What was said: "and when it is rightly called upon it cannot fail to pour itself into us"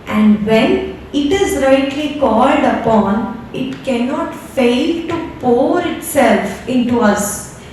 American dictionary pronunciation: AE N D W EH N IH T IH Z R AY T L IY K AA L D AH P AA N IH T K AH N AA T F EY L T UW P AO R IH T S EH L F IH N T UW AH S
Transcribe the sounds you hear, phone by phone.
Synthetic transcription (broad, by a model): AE N D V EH N IH T IH Z R AY T L IY K AA L D AH P AA N IH T K AH N AA T F EY L T UW P AO R IH T S EH L F IH N T UW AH S